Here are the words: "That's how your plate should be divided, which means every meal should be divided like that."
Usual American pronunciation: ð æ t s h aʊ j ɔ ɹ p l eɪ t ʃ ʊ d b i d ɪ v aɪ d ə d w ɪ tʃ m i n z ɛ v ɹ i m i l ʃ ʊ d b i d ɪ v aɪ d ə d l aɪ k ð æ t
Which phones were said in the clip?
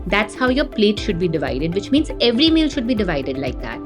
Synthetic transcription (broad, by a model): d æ t s h aʊ j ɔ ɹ p l eɪ t ʃ ʊ d b i d ɪ v aɪ d ə d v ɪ tʃ m i n z ɛ v ɹ i m i l ʃ ʊ d b i d ɪ v aɪ d ə d l aɪ k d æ t